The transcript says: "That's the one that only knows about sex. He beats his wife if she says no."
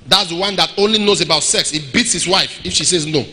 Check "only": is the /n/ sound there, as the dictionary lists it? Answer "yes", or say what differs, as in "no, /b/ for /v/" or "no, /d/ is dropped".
yes